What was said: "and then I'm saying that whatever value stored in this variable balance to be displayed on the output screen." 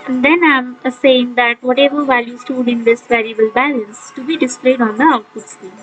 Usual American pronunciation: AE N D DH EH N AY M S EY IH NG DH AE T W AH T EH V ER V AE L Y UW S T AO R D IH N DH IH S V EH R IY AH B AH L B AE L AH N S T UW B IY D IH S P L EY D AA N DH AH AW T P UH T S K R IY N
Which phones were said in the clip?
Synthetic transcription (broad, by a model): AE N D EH N AY M S EY IH NG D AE T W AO T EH V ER V AE L Y UW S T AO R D IH N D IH S V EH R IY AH B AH L B AE L AH N S T UW B IY D IH S P L EY D AA N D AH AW T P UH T S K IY